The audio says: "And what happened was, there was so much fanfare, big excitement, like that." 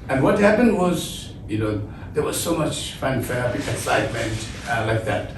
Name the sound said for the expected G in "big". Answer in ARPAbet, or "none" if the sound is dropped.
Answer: none